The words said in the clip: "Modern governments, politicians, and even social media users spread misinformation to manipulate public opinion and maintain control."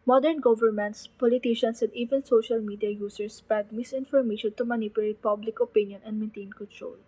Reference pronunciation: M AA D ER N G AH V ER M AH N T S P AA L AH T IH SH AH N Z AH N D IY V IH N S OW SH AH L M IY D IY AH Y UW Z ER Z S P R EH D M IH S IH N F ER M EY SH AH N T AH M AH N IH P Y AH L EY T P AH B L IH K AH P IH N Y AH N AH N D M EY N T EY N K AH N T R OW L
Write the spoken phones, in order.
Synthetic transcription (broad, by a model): M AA D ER N G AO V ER M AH N T S P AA L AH T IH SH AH N S AH N D IY V IH N S OW SH AH L M IY D IY AH Y UW S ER S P EH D M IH S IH N F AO M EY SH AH N T AH M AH N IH P Y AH L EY T P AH B L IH K AH P IH N Y AH N AH N D M EY N T EY N K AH N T R OW L